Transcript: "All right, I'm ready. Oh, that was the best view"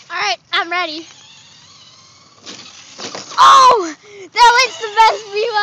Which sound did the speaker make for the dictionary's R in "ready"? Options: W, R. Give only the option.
R